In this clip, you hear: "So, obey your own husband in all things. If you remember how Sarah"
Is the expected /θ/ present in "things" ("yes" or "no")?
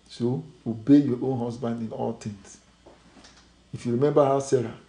no